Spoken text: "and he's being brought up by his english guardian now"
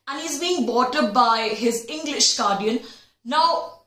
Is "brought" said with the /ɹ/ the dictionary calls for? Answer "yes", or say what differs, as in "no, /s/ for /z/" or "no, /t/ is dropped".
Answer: no, /ɹ/ is dropped